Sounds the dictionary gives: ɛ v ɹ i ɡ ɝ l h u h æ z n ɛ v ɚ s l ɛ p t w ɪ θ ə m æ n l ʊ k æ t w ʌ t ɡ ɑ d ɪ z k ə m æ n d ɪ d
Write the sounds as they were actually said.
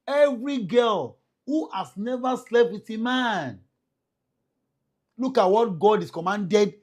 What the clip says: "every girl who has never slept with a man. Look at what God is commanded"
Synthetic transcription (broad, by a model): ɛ v ɹ i ɡ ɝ l h u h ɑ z n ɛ v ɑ s l ɛ p t w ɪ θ ə m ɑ n l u k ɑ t w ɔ t ɡ ɑ d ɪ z k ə m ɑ n d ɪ d